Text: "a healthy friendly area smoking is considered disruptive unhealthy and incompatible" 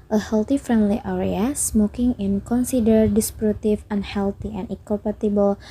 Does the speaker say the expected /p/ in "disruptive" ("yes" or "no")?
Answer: no